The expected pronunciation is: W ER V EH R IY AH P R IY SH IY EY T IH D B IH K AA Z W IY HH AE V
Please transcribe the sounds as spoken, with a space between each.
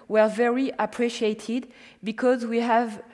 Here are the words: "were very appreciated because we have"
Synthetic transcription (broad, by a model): W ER V EH R IY AH P R IY SH IY EY T IH D B IH K AA Z W IY HH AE V